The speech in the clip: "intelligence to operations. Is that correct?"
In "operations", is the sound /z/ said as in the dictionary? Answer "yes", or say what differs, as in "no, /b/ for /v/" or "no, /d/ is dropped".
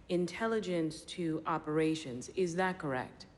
yes